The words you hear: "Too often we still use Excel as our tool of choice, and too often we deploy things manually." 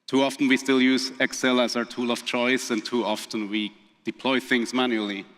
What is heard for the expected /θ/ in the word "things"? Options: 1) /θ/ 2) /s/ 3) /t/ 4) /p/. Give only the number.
1